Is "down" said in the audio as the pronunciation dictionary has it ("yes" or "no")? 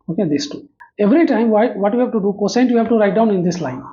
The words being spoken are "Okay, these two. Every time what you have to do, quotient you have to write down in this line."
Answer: yes